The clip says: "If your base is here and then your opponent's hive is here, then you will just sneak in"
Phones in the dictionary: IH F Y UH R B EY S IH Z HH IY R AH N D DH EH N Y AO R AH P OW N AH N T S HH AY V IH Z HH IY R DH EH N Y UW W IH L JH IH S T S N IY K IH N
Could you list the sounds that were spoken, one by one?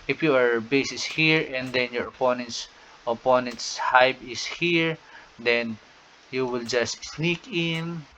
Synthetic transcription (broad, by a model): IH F Y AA R B EY S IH S HH IY R AH N D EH N Y AO R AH P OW N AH N T S HH AY B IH S HH IY R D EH N Y UW W IH L JH IH S T S N IY K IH N